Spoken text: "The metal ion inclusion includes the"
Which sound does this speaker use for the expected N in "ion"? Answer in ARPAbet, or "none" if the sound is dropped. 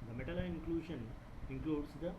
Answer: none